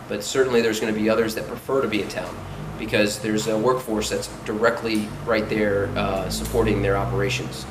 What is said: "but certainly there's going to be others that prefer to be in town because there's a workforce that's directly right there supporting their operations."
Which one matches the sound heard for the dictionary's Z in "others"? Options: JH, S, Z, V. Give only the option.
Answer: Z